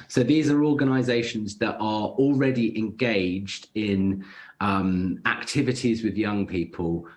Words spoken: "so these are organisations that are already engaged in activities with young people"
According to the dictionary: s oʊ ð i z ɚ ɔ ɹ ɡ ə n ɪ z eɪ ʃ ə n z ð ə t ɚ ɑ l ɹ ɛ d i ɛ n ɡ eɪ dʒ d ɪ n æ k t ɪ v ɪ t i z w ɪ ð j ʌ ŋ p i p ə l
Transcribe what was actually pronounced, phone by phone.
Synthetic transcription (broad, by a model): s oʊ ð i z ɚ ɔ ɡ ə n ɪ z eɪ ʃ ə n z ð ə t ɚ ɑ l ɹ ɛ d i ɛ n ɡ eɪ dʒ d ɪ n æ k t ɪ v ɪ t i z w ɪ ð j ʌ ŋ p i p ə l